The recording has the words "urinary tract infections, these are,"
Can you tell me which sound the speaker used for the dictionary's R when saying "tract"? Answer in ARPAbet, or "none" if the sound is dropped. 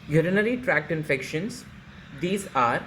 R